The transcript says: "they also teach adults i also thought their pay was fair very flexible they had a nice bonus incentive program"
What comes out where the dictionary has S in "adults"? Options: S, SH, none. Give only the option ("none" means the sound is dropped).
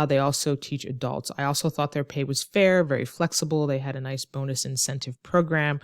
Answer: S